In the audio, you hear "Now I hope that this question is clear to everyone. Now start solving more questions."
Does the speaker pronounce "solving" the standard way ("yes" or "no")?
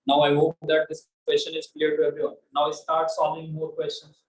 no